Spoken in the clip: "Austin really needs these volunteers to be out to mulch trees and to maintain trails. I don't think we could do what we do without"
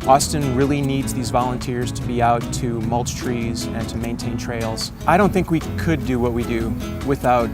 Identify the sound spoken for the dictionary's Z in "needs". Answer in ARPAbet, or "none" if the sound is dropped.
Z